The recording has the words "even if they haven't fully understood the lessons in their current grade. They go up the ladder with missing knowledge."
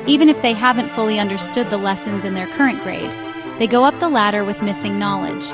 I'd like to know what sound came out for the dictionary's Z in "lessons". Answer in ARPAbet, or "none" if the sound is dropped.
Z